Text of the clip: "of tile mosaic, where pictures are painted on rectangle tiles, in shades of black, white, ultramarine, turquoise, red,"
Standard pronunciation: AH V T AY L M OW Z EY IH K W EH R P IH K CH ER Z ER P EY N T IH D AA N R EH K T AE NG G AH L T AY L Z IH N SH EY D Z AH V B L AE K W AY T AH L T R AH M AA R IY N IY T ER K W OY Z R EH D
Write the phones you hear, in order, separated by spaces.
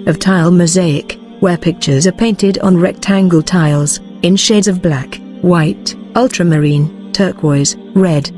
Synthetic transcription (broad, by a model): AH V T AY L M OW Z EY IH K W EH R P IH K CH ER Z ER P EY N T IH D N R EH K T AE NG G AH L T AY L Z IH N SH EY D Z AH V B L AE K W AY T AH L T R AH M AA R IY N T ER K W OY Z R EH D